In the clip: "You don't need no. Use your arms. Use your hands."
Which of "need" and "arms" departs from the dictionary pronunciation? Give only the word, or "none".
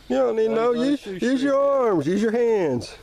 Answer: none